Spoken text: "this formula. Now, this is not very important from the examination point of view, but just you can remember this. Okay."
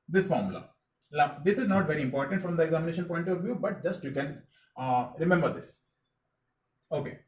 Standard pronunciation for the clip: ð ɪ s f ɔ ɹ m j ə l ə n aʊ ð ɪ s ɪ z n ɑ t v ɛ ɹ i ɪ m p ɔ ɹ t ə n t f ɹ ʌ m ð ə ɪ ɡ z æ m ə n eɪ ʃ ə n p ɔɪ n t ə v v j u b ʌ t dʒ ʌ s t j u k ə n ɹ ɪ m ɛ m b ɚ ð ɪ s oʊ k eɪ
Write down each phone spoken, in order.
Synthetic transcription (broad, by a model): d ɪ s f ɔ ɹ m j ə l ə l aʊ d ɪ s ɪ z n ɑ t v ɛ ɹ i ɪ m p ɔ ɹ t ə n t f ɹ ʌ m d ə ɪ ɡ z æ m ə n eɪ ʃ ə n p ɔɪ n t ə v v j u b ʌ t dʒ ʌ s t j u k ə n ɹ ɪ m ɛ m b ɚ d ɪ s oʊ k eɪ